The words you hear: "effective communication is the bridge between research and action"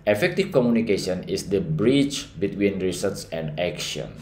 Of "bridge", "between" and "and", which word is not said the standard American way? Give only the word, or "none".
bridge